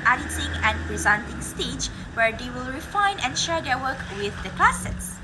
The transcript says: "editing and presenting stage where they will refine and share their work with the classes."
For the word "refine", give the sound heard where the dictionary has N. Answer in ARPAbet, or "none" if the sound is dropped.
N